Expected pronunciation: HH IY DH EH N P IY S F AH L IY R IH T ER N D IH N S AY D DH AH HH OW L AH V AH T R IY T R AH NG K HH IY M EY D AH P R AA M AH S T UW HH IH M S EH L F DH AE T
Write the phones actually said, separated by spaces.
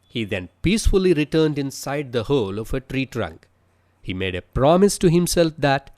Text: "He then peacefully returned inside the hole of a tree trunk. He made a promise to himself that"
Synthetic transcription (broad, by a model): HH IY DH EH N P IY S F AH L IY R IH T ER N D IH N S AY D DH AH HH OW L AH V AH T R IY T R AH NG K HH IY M EY D AH P R AA M AH S T UW HH IH M S EH L F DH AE T